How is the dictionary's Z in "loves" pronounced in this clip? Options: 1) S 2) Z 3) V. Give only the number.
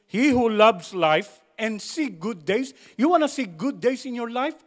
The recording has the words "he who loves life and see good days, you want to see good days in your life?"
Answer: 1